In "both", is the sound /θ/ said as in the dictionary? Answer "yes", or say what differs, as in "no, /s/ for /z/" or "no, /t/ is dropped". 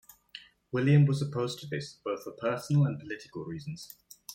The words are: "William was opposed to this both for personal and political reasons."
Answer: yes